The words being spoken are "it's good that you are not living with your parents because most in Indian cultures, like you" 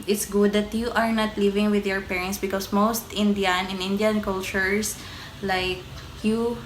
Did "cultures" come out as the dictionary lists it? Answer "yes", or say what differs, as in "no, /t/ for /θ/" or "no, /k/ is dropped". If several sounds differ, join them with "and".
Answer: no, /s/ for /z/